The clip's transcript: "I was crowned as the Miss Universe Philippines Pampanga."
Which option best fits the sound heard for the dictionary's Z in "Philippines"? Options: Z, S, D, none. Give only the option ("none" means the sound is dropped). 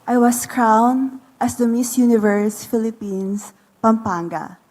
S